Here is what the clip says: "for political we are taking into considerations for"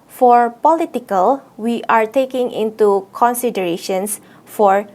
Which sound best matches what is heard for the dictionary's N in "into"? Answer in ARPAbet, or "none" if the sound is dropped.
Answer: N